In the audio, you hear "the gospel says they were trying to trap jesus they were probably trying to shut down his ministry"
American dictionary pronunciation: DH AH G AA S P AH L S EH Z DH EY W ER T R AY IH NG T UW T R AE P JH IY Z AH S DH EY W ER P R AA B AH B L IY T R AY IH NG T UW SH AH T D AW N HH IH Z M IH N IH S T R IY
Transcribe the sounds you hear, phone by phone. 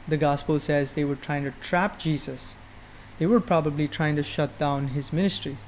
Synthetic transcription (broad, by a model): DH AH G AA S P AH L S EH Z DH EY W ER T R AY IH NG T UW T R AE P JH IY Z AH S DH EY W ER P R AA B AH B L IY T R AY IH NG T UW SH AH T D AW N HH IH Z M IH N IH S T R IY